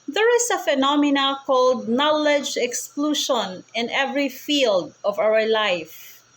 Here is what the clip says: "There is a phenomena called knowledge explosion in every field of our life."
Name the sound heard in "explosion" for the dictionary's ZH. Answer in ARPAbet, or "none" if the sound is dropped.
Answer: SH